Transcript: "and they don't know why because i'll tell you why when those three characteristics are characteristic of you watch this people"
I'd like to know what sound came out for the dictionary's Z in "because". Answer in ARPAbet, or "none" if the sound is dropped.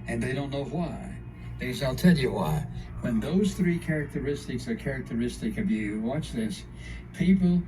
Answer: none